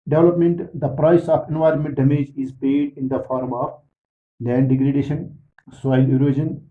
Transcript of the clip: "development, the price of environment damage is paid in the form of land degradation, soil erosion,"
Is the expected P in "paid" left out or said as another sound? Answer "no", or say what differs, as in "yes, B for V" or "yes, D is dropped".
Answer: yes, B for P